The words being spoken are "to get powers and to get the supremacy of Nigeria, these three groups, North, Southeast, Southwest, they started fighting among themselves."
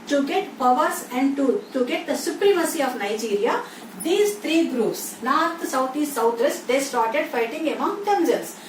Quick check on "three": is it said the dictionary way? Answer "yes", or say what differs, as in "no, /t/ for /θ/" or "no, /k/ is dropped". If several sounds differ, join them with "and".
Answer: no, /t/ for /θ/